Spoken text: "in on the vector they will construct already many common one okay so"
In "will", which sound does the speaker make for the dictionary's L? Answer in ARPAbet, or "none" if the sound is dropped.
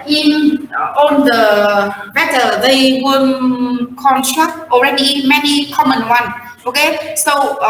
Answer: N